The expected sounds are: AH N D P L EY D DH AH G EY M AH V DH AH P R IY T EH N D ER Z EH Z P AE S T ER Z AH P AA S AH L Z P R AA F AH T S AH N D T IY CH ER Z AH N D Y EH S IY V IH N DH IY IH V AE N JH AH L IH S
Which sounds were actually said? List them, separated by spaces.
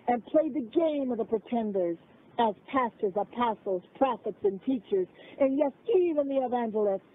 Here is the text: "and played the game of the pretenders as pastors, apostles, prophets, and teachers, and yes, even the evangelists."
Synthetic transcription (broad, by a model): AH N P L EY D DH AH G EY M AH V DH AH P R IY T EH N D ER Z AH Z P AE S T ER Z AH P AA S L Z P R AA F AH T S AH N T IY CH ER Z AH N Y EH S IY V IH N DH IY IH V AE N JH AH L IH S